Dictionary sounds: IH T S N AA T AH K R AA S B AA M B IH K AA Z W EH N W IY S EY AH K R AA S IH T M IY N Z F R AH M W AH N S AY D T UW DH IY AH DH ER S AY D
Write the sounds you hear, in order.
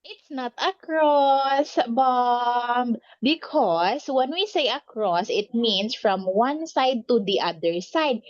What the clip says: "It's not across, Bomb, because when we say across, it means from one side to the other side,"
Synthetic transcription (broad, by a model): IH T S N AA T AH K R AA S B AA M B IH K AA S W EH N W IY S EY AH K R AA S IH T M IY N S F R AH M W AH N S AY D T UW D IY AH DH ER S AY D